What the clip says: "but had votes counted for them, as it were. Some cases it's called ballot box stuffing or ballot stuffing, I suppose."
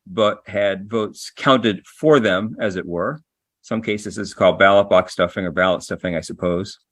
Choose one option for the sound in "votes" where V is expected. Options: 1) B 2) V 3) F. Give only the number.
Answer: 2